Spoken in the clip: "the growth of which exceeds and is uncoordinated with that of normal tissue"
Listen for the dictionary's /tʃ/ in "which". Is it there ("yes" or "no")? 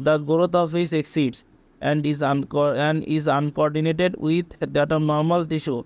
no